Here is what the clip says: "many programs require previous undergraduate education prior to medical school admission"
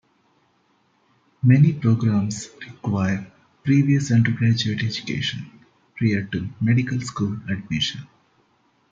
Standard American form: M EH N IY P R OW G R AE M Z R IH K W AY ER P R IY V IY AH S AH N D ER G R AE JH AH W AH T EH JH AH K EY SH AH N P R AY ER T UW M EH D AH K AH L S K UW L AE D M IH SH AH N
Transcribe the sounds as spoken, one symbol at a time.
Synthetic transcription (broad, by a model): M EH N IY P R OW G R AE M S R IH K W AY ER P R IY V IY AH S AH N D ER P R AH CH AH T EH JH AH K EY SH AH N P R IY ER T UW M EH D AH K AH L S K UW L AE D M IH SH AH N